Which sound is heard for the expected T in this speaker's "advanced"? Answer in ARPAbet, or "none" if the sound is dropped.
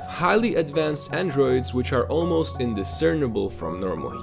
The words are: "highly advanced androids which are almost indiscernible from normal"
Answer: T